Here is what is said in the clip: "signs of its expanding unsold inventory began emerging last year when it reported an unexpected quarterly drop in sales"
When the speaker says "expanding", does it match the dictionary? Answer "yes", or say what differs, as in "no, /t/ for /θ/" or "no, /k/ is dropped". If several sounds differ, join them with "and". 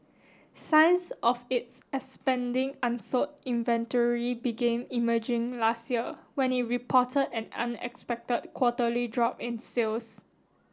no, /k/ is dropped